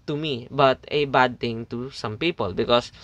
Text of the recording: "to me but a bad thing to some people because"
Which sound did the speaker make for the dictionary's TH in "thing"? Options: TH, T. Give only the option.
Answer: T